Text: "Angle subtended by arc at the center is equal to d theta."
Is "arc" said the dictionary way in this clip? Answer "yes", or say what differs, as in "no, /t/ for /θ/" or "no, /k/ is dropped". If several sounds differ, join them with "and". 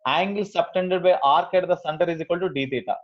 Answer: yes